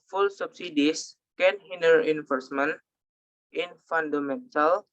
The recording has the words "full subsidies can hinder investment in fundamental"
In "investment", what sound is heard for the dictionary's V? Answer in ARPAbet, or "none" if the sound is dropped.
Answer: F